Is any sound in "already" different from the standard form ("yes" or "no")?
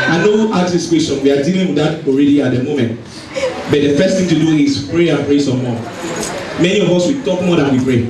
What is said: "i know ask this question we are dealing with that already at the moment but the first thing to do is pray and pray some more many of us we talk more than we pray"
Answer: no